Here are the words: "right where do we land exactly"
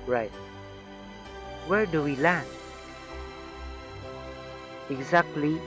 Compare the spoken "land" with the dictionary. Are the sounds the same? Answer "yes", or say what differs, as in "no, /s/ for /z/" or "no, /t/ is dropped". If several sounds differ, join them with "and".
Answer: no, /d/ is dropped